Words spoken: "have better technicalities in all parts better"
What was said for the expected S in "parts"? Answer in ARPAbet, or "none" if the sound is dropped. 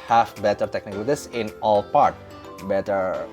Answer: none